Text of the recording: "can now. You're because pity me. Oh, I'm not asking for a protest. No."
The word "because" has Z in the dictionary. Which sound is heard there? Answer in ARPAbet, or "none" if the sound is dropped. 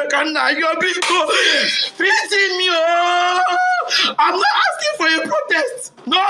none